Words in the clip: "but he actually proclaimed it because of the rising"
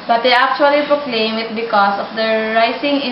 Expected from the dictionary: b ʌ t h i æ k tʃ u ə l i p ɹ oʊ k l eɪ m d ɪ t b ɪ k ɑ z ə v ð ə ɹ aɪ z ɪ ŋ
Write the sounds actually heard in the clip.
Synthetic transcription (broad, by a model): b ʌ t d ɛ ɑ k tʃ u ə l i p ɹ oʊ k l eɪ m ɪ t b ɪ k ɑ s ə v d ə ɹ aɪ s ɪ ŋ